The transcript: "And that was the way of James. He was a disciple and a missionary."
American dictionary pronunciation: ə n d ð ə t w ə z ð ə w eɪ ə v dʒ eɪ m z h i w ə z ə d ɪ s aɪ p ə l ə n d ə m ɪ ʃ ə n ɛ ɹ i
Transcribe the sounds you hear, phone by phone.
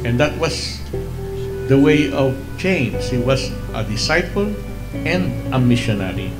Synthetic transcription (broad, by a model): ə n d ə t w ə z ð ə w eɪ ə v tʃ eɪ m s h i w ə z ə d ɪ s aɪ f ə l ə n d ə m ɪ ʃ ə n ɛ ɹ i